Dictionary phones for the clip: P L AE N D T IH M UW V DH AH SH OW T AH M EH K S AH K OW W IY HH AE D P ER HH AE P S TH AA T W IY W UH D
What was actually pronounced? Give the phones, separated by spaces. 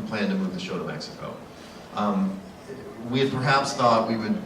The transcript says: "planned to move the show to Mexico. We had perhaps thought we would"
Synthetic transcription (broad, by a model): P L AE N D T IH M UW V DH AH SH OW T AH M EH K S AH K OW W IY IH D P ER HH AE P S TH AA T W IY W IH D